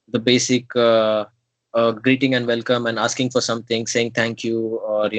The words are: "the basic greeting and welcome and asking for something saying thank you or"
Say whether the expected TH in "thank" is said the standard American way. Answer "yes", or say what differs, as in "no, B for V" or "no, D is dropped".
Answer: no, T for TH